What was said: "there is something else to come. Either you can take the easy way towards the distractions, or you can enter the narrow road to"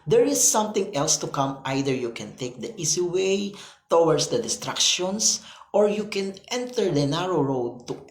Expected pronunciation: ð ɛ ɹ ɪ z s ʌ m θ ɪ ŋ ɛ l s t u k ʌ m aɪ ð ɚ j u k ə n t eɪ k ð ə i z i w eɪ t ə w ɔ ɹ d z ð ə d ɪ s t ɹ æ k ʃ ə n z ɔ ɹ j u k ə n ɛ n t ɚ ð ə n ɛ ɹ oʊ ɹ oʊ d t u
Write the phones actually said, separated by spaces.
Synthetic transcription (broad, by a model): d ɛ ɹ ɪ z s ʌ m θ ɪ ŋ ɛ l s t u k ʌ m aɪ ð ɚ j u k ə n t eɪ k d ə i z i w eɪ t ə w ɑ ɹ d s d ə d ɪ s t ɹ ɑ k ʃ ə n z ɔ ɹ j u k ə n ɛ n t ɚ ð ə n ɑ ɹ oʊ ɹ oʊ d t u